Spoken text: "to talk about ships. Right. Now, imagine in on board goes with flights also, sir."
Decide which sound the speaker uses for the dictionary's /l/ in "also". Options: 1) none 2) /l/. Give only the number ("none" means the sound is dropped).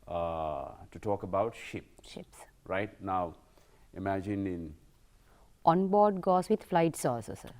1